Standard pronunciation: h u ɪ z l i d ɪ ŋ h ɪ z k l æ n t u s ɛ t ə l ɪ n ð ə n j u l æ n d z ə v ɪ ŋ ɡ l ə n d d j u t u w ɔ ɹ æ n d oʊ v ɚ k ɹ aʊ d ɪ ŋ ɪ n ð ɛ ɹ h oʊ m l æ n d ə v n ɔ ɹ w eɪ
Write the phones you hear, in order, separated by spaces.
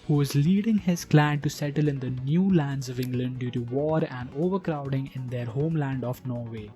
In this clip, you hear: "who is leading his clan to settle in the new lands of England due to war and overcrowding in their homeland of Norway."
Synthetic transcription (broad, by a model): h u ɪ z l i d ɪ ŋ h ɪ z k l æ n t u s ɛ t ə l ɪ n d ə n j u l æ n d z ə v ɪ ŋ ɡ l ə n d d j u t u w ɔ ɹ æ n d oʊ v ɚ k ɹ aʊ d ɪ ŋ ɪ n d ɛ ɹ h oʊ m l æ n d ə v n ɔ ɹ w eɪ